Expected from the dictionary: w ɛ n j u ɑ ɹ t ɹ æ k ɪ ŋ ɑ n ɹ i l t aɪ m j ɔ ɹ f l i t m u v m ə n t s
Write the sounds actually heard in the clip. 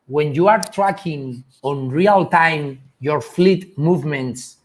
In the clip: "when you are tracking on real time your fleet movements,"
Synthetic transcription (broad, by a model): w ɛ n j u ɑ ɹ t ɹ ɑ k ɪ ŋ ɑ n ɹ i l t aɪ m j ɔ ɹ f l i t m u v m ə n t s